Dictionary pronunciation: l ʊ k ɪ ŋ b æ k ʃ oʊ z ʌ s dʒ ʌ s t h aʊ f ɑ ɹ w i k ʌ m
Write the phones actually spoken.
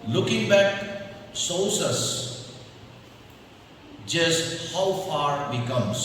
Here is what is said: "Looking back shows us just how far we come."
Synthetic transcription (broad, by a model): l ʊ k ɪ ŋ b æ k s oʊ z ʌ s dʒ ʌ s t h aʊ f ɑ ɹ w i k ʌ m